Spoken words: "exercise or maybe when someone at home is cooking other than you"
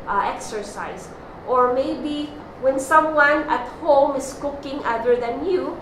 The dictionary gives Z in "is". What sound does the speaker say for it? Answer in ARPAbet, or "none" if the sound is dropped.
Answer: S